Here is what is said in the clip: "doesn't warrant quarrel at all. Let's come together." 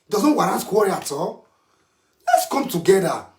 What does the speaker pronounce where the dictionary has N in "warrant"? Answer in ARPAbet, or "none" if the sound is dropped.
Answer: none